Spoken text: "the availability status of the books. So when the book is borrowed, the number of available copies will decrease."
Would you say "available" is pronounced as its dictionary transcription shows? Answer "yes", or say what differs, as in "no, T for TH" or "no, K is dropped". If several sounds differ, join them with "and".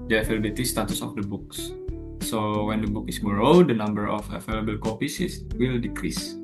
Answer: no, F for V